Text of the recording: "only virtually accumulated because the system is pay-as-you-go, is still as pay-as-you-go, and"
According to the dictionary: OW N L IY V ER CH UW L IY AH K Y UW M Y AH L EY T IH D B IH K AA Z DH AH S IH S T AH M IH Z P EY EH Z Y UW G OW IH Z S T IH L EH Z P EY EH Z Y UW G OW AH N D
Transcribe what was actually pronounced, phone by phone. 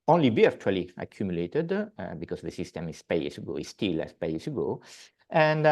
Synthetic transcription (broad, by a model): OW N L IY B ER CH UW L IY AH K Y UW M Y AH L EY T IH D B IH K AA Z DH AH S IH S T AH M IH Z P EY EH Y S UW G OW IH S T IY L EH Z P EY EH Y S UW G OW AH N D